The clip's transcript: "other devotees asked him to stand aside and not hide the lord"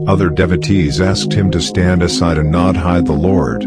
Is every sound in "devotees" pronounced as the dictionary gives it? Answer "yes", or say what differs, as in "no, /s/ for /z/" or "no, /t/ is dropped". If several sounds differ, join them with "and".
yes